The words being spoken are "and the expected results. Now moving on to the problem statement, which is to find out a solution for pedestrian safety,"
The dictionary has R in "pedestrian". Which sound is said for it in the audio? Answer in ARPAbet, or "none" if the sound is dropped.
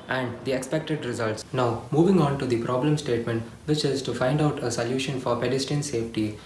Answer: none